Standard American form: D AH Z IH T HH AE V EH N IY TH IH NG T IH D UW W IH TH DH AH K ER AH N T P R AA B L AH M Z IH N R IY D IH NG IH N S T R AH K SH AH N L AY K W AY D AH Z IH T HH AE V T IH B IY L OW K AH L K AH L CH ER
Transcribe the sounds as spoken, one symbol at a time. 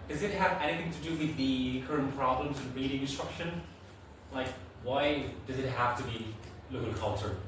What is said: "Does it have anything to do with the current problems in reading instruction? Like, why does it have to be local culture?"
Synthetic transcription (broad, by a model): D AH Z IH T HH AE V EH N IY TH IH NG T IH D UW W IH DH AH K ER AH N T P R AA B L AH M Z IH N R IY D IH NG IH N S T R AH K SH AH N L AY K W AY D AH Z IH T HH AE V T IH B IY L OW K L K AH L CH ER